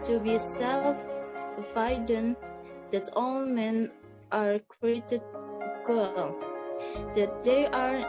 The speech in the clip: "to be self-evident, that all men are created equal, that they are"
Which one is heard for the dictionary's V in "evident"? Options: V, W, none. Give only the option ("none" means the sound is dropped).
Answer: none